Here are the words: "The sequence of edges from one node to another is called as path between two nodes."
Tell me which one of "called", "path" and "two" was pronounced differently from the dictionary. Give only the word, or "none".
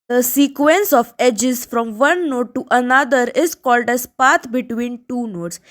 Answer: path